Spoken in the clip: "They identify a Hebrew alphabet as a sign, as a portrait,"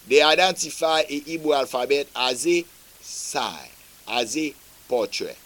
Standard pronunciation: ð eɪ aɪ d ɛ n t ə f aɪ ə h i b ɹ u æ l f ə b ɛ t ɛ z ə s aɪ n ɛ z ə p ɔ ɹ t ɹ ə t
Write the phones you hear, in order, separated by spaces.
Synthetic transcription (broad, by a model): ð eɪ aɪ d ɛ n t ə f aɪ ə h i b u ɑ l f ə b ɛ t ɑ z ə s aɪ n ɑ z ə p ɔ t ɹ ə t